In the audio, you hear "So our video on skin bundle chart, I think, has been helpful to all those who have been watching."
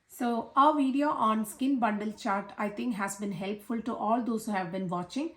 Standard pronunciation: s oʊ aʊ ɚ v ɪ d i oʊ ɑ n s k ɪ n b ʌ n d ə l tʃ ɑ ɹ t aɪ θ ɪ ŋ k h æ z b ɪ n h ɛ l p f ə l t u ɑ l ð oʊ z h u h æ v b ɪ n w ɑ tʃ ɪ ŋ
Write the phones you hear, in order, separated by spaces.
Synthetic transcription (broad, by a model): s oʊ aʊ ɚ v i d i oʊ ɑ n s k ɪ n b ʌ n d ə l tʃ ɑ ɹ t aɪ t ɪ ŋ k h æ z b ɪ n h ɛ l p f ə l t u ɑ l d oʊ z h u h æ v b ɪ n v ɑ tʃ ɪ ŋ